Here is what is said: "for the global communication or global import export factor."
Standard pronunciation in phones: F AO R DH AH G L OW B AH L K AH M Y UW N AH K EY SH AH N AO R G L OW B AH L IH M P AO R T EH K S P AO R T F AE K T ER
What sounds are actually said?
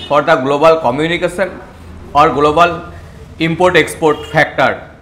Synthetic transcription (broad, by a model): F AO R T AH G L OW B AH L K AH M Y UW N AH K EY S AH N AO R G L OW B AH L IH M P AO R T EH K S P AO R T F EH K T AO